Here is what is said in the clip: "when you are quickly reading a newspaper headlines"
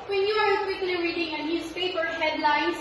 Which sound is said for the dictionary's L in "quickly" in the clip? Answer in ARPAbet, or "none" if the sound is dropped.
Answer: N